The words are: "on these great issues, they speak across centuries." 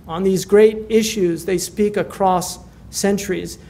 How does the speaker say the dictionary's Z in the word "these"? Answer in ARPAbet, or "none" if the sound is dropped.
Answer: Z